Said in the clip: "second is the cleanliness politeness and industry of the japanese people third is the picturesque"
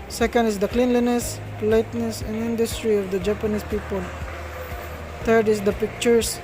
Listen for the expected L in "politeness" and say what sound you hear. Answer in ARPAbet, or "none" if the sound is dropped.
none